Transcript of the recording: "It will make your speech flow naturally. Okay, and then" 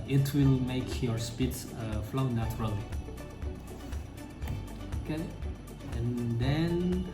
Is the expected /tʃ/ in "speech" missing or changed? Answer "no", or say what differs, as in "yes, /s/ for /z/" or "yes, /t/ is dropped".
yes, /s/ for /tʃ/